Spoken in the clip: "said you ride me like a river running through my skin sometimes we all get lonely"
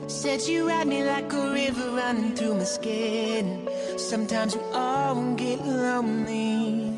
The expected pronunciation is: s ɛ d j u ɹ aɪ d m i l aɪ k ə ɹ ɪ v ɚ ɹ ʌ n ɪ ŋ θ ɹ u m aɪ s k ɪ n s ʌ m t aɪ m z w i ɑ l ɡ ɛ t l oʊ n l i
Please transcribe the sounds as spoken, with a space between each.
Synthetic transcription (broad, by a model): s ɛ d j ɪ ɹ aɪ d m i l aɪ k ə ɹ ɪ v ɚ ɹ ʌ n ɪ ŋ θ ɹ u m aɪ s k ɪ n s ʌ m t aɪ m z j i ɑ n ɡ ɛ t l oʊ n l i